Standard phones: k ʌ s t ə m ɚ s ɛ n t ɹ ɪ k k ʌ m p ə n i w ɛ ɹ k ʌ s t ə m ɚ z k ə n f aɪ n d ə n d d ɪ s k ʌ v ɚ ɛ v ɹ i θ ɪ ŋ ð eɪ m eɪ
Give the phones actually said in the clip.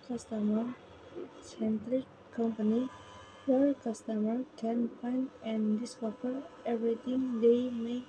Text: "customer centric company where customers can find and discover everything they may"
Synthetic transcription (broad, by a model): k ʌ s t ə m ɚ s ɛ n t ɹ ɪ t k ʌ m p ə n i w ɛ ɹ k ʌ s t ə m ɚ k ə n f aɪ n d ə n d d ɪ s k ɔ f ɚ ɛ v ɹ i t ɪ ŋ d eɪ m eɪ